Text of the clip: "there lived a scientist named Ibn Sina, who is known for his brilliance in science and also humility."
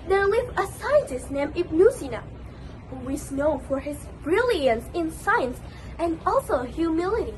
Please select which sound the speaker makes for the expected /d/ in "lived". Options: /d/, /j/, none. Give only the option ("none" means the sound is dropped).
none